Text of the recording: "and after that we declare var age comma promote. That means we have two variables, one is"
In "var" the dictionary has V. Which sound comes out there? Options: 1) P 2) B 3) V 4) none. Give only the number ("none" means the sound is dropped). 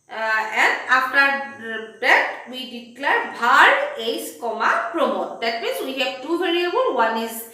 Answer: 2